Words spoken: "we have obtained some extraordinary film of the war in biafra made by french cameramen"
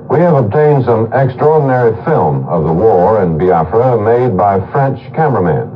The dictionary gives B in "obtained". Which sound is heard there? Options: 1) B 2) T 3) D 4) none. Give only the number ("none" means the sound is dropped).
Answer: 1